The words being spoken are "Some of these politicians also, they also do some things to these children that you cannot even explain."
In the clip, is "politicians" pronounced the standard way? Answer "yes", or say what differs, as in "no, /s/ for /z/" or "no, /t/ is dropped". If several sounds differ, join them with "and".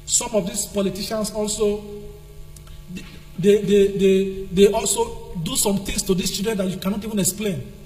no, /s/ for /z/